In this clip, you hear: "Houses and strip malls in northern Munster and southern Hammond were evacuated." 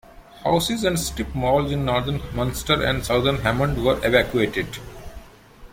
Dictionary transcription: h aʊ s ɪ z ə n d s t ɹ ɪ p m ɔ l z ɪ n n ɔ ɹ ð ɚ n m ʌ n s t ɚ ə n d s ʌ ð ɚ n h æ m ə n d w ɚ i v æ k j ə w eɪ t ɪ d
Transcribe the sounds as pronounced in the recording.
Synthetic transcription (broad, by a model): h aʊ s ɪ z ə n d s t ɪ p m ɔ l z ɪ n n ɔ ɹ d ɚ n m ʌ n s t ɚ ə n d s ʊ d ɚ n h æ m ə n d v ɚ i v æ k j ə eɪ t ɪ d